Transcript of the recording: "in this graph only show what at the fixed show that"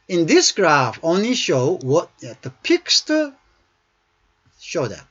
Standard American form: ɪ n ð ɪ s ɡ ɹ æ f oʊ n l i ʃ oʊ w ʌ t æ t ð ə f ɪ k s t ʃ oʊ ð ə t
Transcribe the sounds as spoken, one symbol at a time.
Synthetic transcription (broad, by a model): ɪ n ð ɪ s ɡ ɹ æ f oʊ n l i ʃ oʊ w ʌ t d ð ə p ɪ k s t ʃ oʊ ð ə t